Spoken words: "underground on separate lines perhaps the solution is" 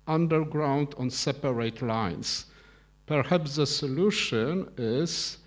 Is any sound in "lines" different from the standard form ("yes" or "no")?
yes